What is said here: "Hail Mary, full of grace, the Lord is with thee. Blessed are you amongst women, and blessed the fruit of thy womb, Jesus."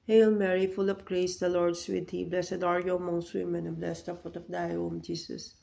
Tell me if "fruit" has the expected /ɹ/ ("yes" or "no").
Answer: no